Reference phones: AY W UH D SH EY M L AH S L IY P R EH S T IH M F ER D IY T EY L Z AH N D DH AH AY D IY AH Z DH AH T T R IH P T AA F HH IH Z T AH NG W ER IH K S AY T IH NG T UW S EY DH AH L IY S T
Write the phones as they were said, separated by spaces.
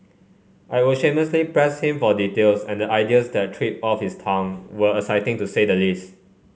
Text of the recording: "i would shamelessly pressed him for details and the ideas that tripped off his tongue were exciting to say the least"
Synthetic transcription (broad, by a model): AY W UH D SH EY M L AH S L IY P R EH S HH IH M F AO D IY T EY L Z AH N D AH AY D IY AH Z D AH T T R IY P AA F HH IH S T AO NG W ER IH S AY T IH NG T UW S EY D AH L IY S T